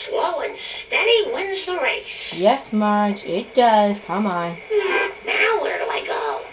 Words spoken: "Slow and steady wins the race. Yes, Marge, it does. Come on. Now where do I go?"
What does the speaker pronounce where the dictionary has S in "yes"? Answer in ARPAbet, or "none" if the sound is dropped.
S